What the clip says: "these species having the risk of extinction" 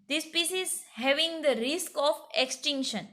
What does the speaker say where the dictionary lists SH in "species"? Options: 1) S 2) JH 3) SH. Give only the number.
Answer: 1